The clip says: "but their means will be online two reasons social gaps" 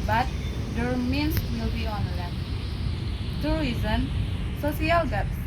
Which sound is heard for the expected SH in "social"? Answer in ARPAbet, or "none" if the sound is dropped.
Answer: S